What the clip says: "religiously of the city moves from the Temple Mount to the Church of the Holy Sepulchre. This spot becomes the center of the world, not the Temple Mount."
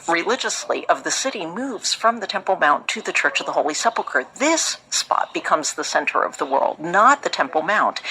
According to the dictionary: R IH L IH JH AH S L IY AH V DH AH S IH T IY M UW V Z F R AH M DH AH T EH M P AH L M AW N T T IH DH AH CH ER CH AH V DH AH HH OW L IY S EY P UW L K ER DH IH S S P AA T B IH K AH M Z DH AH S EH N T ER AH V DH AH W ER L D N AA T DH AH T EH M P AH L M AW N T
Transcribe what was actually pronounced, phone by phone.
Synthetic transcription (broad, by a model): R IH L IH JH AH S L IY AH V DH AH S IH T IY M UW V Z F R AH M DH AH T EH M P L M AW N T T IH DH AH CH ER CH AH V DH AH HH OW L IY S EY P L K ER DH IH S S P AA T B IH K AH M Z DH AH S EH N T ER AH V DH AH W ER L D N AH T DH AH T EH M P L M AW N T